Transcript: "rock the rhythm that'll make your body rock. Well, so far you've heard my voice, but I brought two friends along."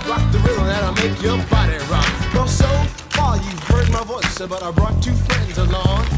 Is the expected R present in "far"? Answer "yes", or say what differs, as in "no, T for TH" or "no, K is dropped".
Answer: no, L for R